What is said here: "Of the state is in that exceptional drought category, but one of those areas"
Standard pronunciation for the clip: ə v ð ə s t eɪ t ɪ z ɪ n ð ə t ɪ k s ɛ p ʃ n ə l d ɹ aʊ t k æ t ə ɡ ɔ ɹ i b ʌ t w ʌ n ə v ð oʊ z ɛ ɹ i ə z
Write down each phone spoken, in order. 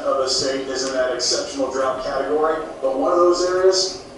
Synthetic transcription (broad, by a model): ə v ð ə s t eɪ t ɪ z ɪ n ð ə t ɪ k s ɛ p ʃ n l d ɹ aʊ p k æ t ə ɡ ɔ ɹ i b ʌ t w ʌ n ə v ð oʊ z ɛ ɹ i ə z